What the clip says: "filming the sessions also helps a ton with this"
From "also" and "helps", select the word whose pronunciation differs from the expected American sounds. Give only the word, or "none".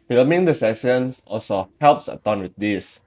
none